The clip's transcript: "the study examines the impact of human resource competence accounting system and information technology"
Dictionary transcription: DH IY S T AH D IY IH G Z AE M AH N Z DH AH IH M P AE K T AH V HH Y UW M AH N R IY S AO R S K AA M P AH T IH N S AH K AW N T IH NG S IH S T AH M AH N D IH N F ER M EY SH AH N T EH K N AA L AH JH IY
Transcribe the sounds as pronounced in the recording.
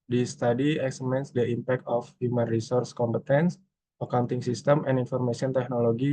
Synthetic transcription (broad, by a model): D IY S T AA D IY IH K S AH M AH N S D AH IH M P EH K T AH F HH Y UW M AH N R IY S AO R S K AA M P AH T IH N S AH K AW N T IH NG S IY S T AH M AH N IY N F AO M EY S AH N T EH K N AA L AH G IY